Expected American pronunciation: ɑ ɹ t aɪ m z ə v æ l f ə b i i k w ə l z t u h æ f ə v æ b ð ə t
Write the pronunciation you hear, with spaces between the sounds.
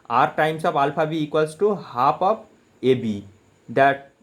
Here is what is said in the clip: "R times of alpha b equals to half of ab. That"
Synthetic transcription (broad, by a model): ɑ ɹ t aɪ m s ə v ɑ l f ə b i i k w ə l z t u h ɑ p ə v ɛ b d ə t